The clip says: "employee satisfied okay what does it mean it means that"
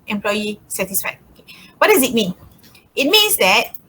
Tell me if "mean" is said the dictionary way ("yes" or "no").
yes